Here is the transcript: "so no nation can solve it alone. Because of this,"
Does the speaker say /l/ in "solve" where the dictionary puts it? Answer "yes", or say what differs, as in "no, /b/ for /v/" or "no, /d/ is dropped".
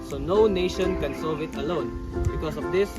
no, /l/ is dropped